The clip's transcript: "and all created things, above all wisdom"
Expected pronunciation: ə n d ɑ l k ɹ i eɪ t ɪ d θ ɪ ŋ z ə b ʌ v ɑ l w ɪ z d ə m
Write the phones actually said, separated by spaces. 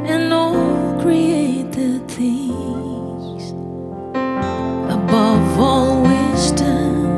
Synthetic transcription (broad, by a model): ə n ɑ l k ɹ i eɪ t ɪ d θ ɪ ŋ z ə b ʌ v ɑ l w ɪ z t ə